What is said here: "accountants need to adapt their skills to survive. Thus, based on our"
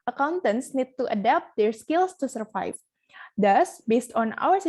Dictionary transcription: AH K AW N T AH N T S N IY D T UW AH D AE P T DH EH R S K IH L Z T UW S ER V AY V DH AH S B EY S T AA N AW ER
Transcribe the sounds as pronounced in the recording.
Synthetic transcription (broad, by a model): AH K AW N T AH N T S N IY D T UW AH D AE P T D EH R S K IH L S T UW S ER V AY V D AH S B EY S T AA N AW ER